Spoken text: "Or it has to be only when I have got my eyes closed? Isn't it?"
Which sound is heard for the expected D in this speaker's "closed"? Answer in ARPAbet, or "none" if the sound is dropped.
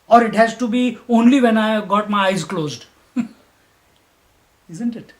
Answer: D